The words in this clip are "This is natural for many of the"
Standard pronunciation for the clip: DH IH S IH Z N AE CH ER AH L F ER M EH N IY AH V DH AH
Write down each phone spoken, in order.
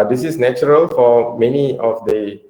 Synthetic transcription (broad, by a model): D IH S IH S N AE CH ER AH L F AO M EH N IY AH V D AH